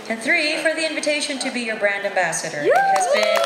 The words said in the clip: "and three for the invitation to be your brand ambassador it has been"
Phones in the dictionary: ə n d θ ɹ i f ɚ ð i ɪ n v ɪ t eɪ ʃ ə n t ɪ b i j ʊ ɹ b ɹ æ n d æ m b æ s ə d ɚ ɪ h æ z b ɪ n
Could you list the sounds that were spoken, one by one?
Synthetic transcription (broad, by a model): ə n θ ɹ i f ɚ ð i ɪ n v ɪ t eɪ ʃ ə n t ɪ b i j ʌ ɹ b ɹ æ n d æ m b æ s ə d ɚ h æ z b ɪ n